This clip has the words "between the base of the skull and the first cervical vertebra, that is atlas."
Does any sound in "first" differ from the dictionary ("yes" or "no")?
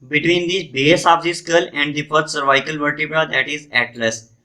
yes